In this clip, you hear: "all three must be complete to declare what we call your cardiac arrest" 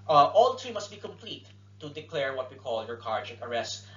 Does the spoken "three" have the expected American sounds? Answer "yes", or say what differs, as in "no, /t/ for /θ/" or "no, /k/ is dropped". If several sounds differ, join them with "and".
no, /t/ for /θ/